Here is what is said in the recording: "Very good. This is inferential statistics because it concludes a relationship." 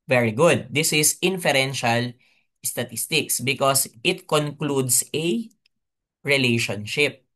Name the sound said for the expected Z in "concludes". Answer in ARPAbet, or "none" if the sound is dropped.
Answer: S